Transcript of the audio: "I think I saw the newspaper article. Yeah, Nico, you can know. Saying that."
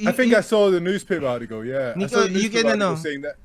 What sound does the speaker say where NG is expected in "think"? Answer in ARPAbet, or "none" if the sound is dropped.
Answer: none